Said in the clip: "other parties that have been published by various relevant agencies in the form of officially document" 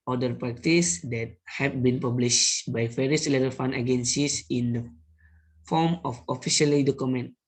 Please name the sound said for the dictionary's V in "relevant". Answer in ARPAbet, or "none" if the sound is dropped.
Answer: F